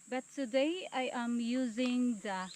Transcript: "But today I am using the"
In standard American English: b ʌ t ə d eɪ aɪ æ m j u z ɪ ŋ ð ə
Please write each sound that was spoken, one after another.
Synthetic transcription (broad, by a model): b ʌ t ə d eɪ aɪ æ m j u z ɪ ŋ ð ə